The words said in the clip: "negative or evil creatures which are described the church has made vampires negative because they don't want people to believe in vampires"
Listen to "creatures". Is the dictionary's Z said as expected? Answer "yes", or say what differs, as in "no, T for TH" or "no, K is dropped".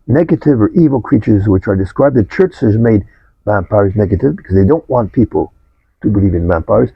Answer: yes